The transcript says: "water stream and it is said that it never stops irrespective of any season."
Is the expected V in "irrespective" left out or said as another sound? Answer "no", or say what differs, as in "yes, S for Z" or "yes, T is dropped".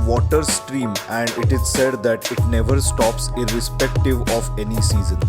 no